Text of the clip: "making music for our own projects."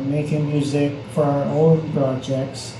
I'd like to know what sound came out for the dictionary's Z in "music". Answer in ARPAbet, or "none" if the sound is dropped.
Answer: Z